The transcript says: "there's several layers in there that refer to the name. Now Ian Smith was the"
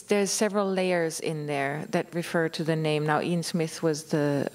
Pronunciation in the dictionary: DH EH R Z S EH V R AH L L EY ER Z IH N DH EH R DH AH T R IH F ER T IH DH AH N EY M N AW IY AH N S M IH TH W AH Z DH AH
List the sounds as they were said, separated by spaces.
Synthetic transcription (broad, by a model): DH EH R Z S EH V R AH L L EY ER Z IH N DH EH R DH AH T R IH F ER T IH DH AH N EY M N AW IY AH N S M IH TH W AH Z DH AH